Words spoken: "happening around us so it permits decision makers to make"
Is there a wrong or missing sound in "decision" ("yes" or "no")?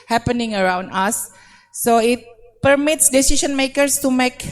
yes